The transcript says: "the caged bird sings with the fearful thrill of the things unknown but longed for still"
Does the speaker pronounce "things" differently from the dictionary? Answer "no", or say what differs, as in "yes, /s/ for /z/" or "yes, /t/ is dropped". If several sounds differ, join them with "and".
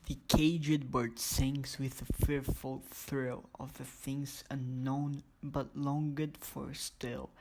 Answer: no